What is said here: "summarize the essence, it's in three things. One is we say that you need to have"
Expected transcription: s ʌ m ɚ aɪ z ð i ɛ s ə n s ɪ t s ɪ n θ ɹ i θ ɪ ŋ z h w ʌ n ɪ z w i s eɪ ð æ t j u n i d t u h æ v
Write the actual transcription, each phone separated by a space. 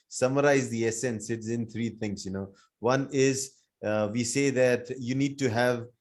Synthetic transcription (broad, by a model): s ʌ m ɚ aɪ z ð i ɛ s ə n s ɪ t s ɪ n t ɹ i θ ɪ ŋ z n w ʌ n ɪ z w i s eɪ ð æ t j u n i d t u h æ v